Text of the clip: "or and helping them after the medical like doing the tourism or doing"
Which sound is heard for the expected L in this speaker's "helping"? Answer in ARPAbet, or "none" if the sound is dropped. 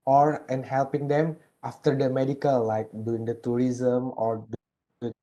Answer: L